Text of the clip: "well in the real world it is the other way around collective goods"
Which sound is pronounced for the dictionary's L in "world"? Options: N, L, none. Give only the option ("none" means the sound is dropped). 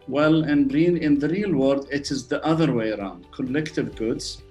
none